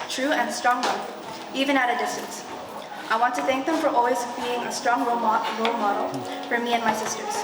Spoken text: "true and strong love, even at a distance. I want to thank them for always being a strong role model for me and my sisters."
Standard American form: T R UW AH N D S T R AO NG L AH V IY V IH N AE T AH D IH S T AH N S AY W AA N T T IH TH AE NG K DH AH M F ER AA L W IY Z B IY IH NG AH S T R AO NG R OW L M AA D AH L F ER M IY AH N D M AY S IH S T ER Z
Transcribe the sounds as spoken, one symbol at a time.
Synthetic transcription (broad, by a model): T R UW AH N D S T R AO NG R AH IY V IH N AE T AH D IH S T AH N S AY W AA N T T IH TH AE NG K DH AH M F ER AA L W IY Z B IY IH NG AH S T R AO NG R OW L M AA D L F ER M IY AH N M AY S IH S T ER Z